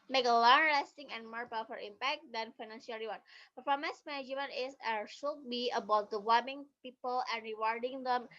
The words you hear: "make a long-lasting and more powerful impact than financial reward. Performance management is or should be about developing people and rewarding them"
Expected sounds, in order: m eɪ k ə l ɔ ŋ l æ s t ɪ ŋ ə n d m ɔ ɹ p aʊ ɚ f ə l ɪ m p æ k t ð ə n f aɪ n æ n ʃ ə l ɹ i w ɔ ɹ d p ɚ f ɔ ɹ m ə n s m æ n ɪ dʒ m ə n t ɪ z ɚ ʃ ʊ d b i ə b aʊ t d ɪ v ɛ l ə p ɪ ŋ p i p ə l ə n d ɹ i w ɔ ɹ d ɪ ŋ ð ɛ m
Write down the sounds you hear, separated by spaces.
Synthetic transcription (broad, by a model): m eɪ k ə l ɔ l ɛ s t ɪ ŋ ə n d m ɔ ɹ p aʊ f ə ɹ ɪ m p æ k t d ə n f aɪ n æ n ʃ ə l ɹ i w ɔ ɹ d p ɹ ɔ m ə s m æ n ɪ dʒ m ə n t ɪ s ɚ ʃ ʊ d b i ə b aʊ t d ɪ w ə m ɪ ŋ p i p ə l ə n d ɹ i w ɔ ɹ d ɪ ŋ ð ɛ m